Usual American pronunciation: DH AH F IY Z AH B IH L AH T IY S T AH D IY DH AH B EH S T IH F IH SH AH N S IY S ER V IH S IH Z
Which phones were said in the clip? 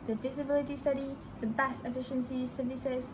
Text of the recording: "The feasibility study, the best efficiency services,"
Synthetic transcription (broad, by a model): DH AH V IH Z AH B IH L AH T IY S T AH D IY DH AH B EH S T IH F IH SH AH N S IY S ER V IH S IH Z